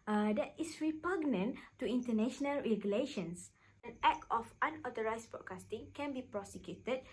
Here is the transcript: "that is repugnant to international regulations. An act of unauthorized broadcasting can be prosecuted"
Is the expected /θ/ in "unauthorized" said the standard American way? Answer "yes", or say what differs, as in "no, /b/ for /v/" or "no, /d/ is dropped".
no, /t/ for /θ/